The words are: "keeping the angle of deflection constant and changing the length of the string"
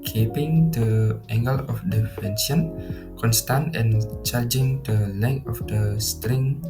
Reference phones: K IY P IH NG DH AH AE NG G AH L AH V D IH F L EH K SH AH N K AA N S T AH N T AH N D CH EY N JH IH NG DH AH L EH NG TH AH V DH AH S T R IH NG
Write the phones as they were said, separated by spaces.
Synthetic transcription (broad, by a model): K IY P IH NG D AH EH NG G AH L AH F D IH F EH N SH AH N K AA N S T AH N T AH N CH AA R JH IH NG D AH L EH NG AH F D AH S T R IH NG